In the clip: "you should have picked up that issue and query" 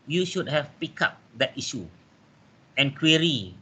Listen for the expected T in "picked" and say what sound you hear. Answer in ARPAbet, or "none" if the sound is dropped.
none